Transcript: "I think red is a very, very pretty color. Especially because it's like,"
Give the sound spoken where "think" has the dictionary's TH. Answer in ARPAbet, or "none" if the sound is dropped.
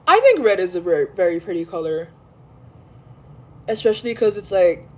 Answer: TH